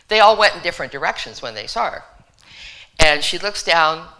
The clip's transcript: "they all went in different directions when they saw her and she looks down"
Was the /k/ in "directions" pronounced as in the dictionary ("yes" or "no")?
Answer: yes